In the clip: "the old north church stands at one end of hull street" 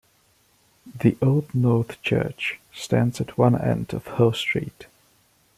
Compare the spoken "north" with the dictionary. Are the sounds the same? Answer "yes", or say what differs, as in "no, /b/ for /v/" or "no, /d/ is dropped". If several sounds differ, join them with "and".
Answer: yes